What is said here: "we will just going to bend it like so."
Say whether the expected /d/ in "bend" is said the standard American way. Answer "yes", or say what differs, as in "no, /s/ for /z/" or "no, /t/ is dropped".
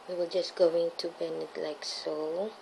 no, /d/ is dropped